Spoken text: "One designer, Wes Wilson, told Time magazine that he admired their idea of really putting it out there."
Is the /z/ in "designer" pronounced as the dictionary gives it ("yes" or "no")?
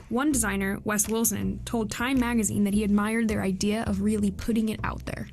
yes